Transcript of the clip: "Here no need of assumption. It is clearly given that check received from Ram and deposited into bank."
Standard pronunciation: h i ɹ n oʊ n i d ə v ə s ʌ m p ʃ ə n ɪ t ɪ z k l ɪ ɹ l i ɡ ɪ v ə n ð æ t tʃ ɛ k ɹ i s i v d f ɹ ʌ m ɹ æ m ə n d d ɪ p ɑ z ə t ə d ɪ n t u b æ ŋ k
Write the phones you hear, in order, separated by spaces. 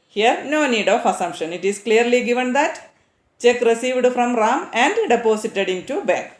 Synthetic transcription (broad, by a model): h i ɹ n oʊ n i d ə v ə s ʌ m p ʃ ə n ɪ t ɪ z k l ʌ ɹ l i ɡ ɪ v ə n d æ t tʃ ɛ k ɹ i s i v d f ɹ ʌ m ɹ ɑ m ə n d d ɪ p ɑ s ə t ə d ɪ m t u b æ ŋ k